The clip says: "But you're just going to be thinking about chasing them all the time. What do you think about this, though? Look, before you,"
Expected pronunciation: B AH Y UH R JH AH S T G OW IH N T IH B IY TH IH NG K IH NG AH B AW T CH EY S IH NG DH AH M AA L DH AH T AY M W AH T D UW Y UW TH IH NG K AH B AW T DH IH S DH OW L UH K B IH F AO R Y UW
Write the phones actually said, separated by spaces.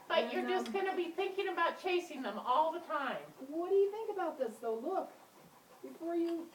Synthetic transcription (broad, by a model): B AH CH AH R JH AH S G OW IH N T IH B IY TH IH NG K IH NG AH B AW T CH EY S IH NG DH AH M AA L DH AH T AY M W AH T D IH Y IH TH IH NG K AH B AW T DH IH S DH OW L UH K B IH F AO R Y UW